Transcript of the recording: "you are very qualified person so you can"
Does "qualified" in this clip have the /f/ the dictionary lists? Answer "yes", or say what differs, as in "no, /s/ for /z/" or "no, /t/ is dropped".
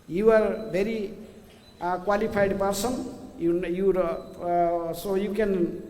no, /p/ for /f/